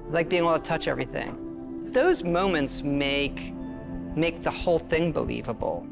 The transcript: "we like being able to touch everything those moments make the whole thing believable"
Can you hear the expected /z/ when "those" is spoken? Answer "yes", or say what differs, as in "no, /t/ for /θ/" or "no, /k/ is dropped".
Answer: yes